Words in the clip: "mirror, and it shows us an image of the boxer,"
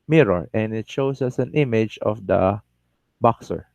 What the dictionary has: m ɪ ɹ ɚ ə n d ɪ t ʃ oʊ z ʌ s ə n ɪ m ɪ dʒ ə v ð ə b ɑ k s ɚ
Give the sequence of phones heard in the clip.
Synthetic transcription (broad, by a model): m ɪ ɹ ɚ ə n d ɪ t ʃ oʊ s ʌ s ə n ɪ m ɪ dʒ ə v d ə b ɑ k s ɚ